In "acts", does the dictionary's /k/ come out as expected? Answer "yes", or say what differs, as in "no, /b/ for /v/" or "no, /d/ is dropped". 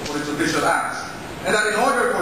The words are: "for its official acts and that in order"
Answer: no, /k/ is dropped